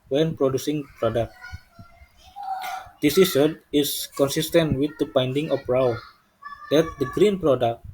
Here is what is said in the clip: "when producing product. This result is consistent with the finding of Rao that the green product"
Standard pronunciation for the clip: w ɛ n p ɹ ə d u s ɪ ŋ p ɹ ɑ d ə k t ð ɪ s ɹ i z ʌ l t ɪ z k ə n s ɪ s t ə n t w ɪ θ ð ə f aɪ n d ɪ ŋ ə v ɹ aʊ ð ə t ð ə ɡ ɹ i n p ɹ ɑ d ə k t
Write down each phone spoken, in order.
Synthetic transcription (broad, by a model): w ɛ n p ɹ ə d u s ɪ ŋ p ɹ ɑ d ə k t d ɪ s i s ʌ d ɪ s k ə n s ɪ s t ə n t w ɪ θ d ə p aɪ n d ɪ ŋ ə f ɹ aʊ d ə t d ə ɡ ɹ i n p ɹ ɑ d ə k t